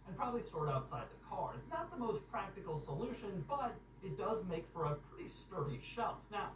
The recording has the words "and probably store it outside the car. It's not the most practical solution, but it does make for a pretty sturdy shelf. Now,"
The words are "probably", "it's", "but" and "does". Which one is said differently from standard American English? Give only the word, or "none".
none